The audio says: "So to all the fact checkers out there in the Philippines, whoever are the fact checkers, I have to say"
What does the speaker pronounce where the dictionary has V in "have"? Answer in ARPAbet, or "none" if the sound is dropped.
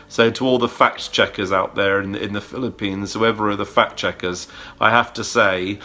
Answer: F